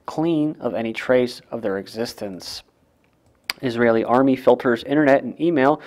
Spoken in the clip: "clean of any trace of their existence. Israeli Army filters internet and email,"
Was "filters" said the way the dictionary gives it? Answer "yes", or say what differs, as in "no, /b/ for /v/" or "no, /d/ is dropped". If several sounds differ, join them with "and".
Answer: yes